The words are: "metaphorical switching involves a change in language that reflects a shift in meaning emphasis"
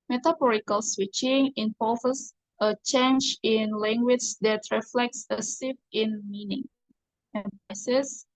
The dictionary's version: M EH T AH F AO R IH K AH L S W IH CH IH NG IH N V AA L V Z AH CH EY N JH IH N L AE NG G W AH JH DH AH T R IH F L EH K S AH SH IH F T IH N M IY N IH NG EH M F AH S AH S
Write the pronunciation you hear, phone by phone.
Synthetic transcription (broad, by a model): M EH T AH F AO R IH K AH L S W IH CH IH NG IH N P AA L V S AH CH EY N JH IH N L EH NG G W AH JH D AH T R IH F L EH K S AH S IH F IH N M IY N IH NG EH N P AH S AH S